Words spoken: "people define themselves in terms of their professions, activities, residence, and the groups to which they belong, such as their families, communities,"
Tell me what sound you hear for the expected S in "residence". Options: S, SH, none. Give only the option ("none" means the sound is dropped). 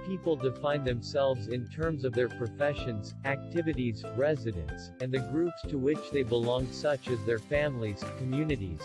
S